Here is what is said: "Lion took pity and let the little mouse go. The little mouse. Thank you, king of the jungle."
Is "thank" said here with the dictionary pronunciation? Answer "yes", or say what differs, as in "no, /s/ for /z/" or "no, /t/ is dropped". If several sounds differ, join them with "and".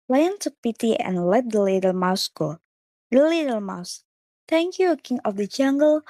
no, /t/ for /θ/